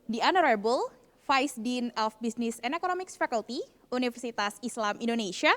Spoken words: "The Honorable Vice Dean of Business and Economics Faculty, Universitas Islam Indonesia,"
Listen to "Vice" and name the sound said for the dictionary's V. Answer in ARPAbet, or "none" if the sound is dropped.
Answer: F